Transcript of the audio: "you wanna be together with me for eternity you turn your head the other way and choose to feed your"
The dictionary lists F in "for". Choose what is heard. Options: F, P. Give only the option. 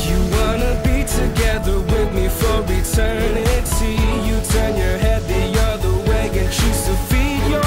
F